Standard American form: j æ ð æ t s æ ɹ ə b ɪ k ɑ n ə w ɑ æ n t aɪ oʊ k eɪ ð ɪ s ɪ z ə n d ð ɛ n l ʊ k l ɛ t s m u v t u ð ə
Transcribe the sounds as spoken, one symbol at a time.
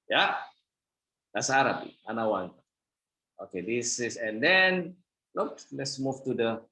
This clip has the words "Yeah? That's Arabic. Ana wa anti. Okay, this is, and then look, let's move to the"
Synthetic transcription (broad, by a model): j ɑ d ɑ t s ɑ ɹ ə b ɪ ɑ n ə w ɑ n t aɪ oʊ k eɪ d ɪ s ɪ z ə n d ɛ n l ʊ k l ɛ t s m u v t u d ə